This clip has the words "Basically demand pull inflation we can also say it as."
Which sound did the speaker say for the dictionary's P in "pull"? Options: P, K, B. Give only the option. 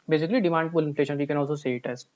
B